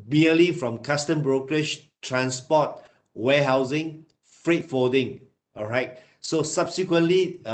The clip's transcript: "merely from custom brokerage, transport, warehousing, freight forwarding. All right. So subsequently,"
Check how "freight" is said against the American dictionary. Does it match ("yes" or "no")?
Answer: yes